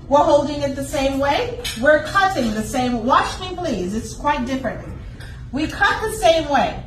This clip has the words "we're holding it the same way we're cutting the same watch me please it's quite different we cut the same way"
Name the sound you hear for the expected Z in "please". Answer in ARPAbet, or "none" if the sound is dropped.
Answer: Z